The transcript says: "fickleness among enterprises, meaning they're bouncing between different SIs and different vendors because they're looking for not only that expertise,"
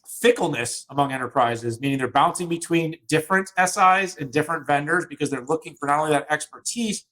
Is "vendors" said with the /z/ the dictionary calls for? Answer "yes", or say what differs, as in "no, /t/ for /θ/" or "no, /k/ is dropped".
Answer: yes